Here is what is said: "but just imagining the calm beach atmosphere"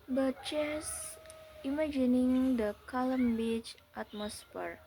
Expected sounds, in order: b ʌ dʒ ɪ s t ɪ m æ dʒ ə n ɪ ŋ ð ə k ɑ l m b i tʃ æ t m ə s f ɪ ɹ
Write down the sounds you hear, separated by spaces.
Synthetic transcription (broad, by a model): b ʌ tʃ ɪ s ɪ m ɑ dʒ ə n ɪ ŋ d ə k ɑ l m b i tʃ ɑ t m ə s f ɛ ɹ